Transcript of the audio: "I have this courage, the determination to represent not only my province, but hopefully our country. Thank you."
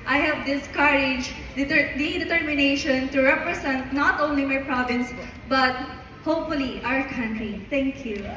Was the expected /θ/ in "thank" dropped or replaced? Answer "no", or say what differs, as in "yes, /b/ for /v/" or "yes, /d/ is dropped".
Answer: yes, /t/ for /θ/